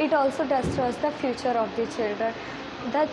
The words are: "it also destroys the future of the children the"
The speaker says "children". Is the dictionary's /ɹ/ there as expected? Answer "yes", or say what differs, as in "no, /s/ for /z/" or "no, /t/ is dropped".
yes